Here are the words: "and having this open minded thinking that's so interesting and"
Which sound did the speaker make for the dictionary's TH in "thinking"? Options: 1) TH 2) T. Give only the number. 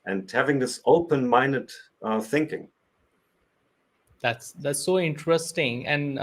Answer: 1